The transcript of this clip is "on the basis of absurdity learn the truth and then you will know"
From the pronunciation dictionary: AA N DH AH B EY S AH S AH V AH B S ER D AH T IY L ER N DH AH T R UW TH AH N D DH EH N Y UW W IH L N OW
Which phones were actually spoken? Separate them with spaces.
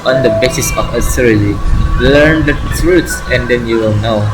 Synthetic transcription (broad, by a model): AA N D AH B EY S AH S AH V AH S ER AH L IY L ER N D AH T R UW S AH N D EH N Y UW W IH L N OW